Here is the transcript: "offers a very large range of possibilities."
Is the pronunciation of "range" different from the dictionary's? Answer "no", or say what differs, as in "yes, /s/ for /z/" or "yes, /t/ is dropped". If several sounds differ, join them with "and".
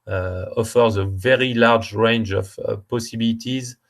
no